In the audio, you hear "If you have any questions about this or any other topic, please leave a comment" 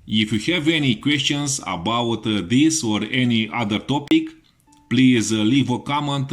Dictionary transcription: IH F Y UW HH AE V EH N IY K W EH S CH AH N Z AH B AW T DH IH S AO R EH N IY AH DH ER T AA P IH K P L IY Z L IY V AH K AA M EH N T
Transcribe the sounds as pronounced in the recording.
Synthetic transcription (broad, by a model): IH F Y UW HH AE V EH N IY K W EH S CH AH N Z AH B AW T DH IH S AO R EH N IY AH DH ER T AA P IH K P L IY Z L IY V AH K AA M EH N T